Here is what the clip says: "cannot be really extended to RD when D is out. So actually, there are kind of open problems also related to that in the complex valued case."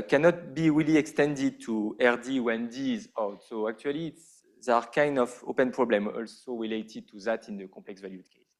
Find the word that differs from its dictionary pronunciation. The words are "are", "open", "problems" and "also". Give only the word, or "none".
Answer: problems